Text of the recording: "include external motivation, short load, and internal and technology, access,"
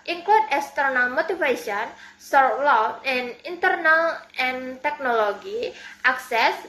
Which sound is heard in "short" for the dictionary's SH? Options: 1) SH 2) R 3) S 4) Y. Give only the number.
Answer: 3